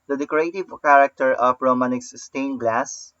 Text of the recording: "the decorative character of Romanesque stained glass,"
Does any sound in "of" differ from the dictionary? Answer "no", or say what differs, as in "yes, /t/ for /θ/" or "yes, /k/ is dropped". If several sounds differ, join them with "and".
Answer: yes, /p/ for /v/